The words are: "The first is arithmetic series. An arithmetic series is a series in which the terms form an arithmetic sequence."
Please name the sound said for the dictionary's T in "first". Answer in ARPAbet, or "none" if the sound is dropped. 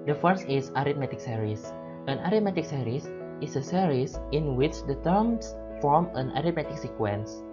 none